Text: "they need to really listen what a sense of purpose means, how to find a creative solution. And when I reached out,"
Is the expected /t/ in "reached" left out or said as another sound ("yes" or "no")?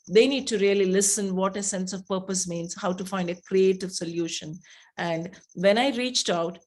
no